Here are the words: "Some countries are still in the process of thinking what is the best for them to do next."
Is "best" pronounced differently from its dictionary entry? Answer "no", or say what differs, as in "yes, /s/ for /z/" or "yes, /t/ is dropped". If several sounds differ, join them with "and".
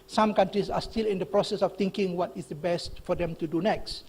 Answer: no